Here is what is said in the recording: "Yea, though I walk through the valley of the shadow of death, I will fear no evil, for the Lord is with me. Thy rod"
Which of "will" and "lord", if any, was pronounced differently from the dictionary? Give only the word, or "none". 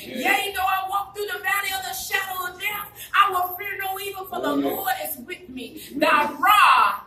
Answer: will